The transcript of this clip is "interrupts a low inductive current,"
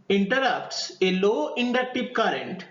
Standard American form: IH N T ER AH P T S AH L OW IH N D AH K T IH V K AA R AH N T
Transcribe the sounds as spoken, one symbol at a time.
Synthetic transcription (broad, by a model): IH N T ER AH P T S AH L OW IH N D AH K T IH P K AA R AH N T